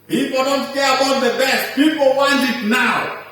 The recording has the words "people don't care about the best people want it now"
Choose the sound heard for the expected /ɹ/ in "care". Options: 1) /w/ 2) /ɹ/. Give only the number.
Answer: 1